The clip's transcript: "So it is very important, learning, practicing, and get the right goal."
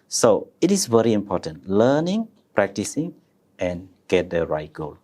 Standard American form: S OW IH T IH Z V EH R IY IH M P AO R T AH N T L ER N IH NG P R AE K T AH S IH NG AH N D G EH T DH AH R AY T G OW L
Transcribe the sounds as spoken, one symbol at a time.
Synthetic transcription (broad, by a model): S OW IH T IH S V EH R IY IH M P AO T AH N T L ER N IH NG P R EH K T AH S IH NG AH N G EH T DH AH R AY T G OW L